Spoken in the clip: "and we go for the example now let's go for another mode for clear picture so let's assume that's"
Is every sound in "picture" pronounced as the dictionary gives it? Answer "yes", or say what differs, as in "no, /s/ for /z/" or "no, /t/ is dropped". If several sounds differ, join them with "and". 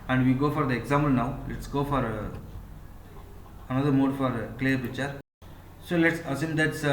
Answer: no, /k/ is dropped